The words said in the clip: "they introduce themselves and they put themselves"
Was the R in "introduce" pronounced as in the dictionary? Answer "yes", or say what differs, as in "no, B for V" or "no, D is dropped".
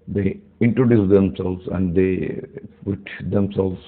yes